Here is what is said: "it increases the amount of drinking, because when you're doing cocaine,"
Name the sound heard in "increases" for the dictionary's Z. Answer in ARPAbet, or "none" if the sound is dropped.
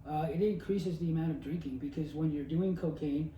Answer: Z